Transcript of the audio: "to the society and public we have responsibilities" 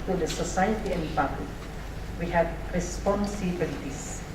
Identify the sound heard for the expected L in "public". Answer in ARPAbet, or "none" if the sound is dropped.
none